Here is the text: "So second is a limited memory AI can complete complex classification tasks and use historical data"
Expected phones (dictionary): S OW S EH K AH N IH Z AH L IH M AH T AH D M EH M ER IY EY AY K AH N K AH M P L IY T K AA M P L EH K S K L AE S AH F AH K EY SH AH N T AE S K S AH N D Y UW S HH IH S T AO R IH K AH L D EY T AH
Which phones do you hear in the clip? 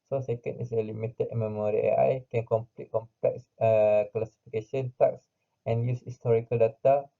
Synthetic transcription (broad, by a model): S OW S EH K AH N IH S AH L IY M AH T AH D M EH M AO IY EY AY K AH N K AH M P L IY T K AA M P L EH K S K L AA S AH F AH K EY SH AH N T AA K S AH N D Y UW S HH IH S T AO R IH K AH L D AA T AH